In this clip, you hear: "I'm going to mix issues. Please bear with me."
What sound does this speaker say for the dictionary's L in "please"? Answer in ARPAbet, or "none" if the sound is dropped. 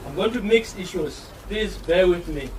none